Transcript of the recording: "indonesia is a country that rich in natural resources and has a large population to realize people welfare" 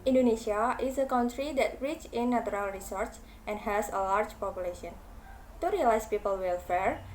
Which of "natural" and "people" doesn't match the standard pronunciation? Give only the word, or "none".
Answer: natural